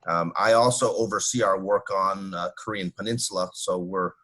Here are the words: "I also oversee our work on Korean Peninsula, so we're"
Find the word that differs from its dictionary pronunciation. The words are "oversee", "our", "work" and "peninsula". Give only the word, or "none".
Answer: none